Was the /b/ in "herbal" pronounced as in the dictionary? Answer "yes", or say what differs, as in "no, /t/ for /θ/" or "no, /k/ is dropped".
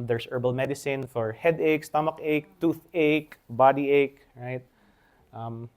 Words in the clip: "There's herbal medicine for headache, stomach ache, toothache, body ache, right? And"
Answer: yes